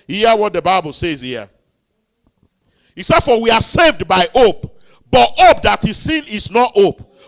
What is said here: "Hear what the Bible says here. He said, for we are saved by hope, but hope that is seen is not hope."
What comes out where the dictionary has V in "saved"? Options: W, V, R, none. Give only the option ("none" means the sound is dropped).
V